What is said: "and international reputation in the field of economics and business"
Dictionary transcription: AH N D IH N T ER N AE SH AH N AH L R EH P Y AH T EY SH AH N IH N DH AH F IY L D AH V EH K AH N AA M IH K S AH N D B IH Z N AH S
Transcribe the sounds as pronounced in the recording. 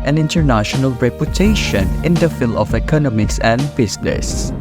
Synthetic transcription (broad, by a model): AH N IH N T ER N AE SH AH N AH L R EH P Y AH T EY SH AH N IH N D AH F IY L AH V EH K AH N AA M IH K S AH N D B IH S N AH S